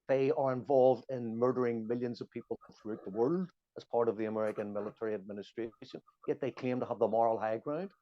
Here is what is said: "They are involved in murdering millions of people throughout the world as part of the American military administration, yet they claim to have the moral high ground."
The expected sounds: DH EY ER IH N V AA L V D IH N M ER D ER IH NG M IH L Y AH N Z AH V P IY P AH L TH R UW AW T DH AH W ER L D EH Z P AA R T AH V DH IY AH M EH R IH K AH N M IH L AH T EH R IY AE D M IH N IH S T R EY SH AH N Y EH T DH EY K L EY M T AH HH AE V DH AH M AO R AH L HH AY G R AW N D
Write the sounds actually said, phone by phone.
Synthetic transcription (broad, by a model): DH EY ER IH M V AA L V D IH N M ER D ER IH NG M IH L Y AH N Z AH V P IY P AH TH R UW AW T DH AH W ER L D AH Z P AA R T AH V DH IY AH M EH R IH K AH N M IH L AH T EH R IY AE D M IH N IH S T R EY SH AH N Y EH T DH EY K EY M T AH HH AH V DH AH M AO R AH L HH AY G R AW N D